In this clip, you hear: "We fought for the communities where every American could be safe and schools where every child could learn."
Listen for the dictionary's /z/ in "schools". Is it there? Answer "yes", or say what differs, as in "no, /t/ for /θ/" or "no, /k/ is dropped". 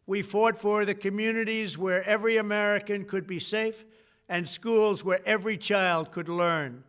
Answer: yes